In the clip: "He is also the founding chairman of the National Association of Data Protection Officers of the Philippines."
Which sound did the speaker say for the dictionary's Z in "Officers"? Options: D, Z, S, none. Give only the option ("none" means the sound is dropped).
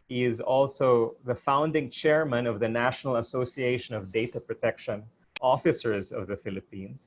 Z